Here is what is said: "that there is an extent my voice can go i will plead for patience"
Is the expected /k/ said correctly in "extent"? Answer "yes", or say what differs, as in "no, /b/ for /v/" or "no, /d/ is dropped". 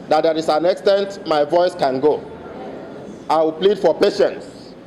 yes